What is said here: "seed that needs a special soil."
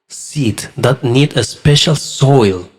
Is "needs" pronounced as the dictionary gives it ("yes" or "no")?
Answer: no